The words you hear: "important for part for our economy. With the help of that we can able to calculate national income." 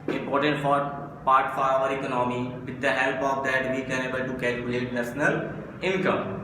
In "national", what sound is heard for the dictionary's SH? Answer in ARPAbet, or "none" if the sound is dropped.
S